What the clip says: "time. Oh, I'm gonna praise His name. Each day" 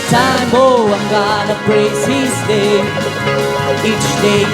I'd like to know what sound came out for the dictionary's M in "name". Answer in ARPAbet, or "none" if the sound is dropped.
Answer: none